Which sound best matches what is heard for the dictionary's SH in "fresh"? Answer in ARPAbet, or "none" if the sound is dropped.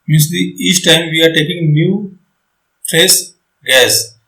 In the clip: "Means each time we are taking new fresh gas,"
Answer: S